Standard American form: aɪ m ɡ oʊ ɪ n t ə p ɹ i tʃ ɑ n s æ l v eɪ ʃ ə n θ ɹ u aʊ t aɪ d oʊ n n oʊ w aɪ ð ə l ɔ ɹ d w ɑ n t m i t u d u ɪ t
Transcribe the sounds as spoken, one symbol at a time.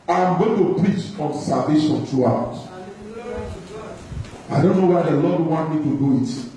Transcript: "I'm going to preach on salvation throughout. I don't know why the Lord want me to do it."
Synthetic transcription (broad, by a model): aɪ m ɡ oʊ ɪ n t ə p ɹ i tʃ ɑ n s æ l v eɪ ʃ ə n t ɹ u aʊ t aɪ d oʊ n n oʊ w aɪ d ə l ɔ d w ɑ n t m i t u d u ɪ t